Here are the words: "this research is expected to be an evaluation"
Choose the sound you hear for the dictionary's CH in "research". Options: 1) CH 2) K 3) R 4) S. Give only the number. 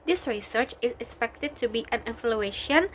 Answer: 1